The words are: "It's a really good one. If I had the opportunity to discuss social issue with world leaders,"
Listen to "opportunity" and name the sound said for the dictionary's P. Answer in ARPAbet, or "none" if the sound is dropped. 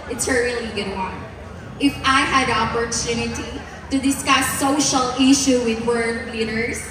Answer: P